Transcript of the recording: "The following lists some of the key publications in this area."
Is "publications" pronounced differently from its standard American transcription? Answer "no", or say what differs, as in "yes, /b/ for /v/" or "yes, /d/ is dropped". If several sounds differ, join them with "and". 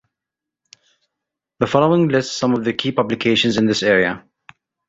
no